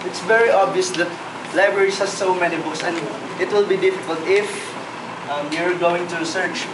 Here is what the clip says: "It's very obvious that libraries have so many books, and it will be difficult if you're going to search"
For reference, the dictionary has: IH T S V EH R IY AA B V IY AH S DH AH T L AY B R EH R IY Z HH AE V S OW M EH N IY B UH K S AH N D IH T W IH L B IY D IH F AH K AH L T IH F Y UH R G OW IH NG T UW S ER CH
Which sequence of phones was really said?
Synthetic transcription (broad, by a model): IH T S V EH R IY AA B V IY AH S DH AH T L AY B R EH R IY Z HH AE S S OW M EH N IY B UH S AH N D IH T W IH L B IY D IH F AH K AH L T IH F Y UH R G OW IH NG T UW S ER CH